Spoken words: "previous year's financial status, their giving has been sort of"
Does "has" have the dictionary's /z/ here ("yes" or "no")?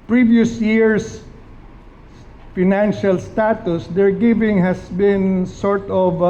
no